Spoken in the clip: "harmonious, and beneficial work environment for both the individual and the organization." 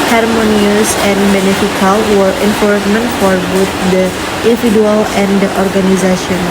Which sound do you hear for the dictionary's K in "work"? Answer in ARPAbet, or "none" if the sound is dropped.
none